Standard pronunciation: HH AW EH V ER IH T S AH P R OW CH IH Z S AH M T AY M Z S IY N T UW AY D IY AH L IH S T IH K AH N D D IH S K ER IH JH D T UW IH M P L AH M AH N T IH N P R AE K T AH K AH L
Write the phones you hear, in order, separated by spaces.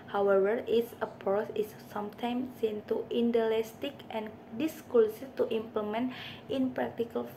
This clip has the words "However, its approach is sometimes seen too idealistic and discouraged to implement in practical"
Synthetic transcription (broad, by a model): HH AW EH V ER IH T S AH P OW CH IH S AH M T AY M S IY N T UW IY D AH L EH S T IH K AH N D D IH S K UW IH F T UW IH M P L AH M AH N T IH N P R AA K T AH K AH L